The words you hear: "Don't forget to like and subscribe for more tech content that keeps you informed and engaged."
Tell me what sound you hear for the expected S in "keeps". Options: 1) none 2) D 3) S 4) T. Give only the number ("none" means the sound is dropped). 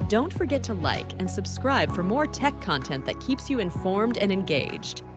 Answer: 3